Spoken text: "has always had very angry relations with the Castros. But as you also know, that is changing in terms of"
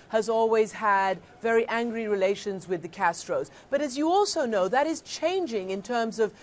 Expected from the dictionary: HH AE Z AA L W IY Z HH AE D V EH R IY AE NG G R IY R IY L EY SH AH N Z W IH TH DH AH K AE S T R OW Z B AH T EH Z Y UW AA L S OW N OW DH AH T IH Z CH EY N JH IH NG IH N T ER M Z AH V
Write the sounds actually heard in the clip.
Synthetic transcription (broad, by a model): HH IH Z AA L W IY Z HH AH D V EH R IY AE NG G R IY R IY L EY SH AH N Z W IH DH AH K AE S T R OW Z B AH T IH Z Y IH AA L S OW N OW DH AH T IH Z CH EY N JH IH NG IH N T ER M Z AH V